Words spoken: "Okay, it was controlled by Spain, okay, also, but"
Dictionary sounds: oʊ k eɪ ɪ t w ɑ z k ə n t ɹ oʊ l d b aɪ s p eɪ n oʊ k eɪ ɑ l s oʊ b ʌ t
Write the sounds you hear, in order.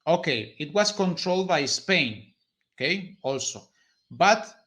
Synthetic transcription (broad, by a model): oʊ k eɪ ɪ t w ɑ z k ə n t ɹ oʊ l d b aɪ s p eɪ n oʊ k eɪ ɑ l s oʊ b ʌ t